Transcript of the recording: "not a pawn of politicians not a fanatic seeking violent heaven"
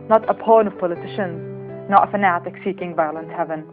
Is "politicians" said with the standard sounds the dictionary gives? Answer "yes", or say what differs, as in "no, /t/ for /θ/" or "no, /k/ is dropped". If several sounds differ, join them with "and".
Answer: yes